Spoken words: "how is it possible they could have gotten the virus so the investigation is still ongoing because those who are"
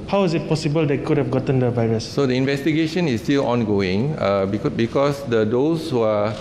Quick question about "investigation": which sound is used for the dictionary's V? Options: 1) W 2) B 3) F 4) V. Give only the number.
4